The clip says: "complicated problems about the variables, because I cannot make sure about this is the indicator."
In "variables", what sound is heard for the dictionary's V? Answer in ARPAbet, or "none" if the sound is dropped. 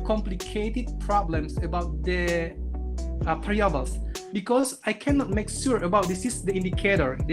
P